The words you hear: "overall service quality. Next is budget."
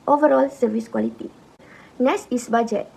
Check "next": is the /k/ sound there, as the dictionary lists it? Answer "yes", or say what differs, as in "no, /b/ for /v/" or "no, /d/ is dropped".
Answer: no, /k/ is dropped